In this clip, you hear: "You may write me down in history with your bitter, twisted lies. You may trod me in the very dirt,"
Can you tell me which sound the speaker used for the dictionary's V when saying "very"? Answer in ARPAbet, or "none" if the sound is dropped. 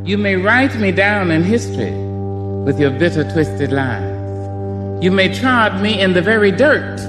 V